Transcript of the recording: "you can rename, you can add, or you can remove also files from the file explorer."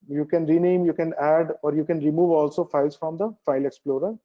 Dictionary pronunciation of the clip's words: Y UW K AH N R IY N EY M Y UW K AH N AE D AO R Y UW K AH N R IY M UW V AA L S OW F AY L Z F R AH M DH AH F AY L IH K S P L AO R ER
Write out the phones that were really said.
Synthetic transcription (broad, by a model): Y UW K AH N R IY N EY M Y UW K AH N AE D AO R Y UW K AH N R IY M UW V AA L S OW F AY L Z F R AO M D AH F AY L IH K S P L AO R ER